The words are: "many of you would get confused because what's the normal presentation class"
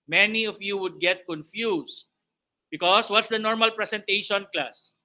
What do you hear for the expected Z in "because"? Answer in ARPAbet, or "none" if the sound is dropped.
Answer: S